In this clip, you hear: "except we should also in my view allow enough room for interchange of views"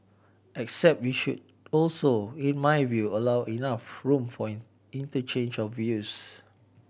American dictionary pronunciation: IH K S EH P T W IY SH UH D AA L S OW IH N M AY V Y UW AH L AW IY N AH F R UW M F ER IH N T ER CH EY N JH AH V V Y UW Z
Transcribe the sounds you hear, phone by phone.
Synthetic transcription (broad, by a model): IH K S EH P T W IY SH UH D AA L S OW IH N M AY V Y UW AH L AW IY N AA F R UW M F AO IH N T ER CH EY N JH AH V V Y UW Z